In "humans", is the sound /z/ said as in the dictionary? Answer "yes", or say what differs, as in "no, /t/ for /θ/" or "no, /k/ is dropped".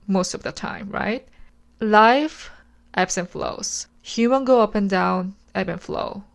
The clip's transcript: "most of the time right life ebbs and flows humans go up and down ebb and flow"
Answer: no, /z/ is dropped